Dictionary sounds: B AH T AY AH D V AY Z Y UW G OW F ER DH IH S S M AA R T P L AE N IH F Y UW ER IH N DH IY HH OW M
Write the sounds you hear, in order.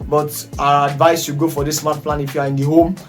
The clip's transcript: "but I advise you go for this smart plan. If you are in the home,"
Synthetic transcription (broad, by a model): B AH T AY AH D V AY S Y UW G OW F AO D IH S S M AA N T P L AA N IH F Y UW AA IH N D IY HH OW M